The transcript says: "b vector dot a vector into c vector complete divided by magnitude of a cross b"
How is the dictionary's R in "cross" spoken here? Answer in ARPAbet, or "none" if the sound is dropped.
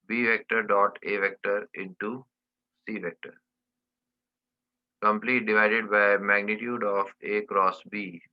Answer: R